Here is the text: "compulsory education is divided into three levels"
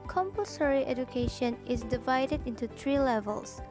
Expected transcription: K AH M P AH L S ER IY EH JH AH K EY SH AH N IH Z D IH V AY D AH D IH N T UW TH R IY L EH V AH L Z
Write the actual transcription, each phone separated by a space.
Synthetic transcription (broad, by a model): K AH M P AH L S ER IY EH JH AH K EY SH AH N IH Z D IH V AY D AH D IH N T UW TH R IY L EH V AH L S